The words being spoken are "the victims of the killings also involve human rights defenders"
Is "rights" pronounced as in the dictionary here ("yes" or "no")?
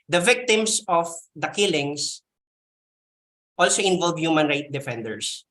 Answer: no